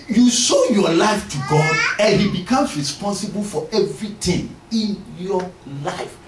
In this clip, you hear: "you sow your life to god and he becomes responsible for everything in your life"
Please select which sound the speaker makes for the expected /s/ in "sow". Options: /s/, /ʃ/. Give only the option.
/ʃ/